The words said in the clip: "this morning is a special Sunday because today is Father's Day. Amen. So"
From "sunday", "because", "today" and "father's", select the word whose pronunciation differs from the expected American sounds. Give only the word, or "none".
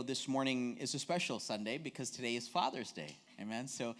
none